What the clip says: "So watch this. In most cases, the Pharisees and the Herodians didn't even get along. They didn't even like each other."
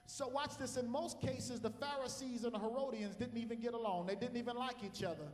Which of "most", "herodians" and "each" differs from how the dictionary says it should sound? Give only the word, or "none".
none